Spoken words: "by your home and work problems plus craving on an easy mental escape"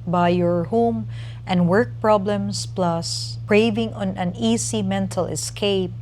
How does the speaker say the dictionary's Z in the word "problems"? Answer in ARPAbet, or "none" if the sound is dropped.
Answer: S